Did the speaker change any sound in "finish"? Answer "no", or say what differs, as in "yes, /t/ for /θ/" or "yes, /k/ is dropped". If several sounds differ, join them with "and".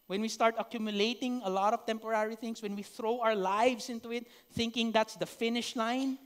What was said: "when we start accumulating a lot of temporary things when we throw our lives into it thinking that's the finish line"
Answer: no